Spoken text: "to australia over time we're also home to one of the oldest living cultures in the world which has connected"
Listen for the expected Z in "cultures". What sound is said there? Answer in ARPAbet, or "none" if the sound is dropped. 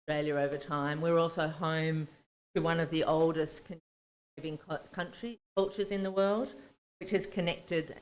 Z